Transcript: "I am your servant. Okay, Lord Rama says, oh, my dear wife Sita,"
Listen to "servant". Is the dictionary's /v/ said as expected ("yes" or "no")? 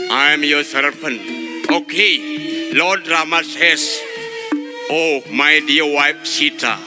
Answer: no